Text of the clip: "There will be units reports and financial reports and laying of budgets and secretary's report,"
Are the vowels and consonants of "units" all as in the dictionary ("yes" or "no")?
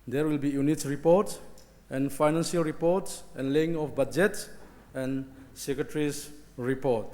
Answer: no